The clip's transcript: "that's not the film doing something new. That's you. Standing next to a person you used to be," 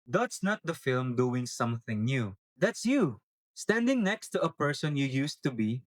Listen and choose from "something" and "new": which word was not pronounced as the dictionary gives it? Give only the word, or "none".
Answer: none